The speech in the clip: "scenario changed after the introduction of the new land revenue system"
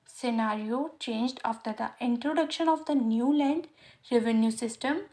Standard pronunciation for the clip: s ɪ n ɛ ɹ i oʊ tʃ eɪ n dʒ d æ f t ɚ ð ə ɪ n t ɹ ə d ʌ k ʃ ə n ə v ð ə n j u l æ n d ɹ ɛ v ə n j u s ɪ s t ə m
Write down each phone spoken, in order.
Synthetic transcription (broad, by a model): s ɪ n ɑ ɹ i oʊ tʃ eɪ n dʒ d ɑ f t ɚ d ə ɪ n t ɹ ə d ʌ k ʃ ə n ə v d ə n j u l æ n d ɹ ɛ v ə n j u s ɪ s t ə m